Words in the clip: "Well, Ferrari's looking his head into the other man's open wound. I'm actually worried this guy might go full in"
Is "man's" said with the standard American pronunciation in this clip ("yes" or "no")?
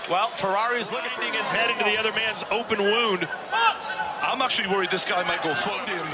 yes